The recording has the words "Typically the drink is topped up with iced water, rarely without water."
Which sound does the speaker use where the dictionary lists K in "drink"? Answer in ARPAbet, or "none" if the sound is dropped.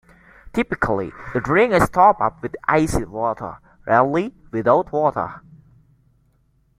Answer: none